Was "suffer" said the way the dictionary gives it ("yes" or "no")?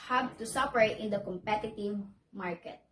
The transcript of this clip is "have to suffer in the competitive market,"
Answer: no